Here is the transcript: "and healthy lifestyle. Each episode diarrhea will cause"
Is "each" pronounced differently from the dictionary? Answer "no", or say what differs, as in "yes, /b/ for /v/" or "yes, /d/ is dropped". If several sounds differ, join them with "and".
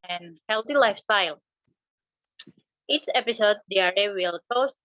yes, /s/ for /tʃ/